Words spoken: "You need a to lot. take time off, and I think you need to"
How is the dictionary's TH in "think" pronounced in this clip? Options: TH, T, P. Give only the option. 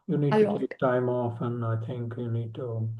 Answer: TH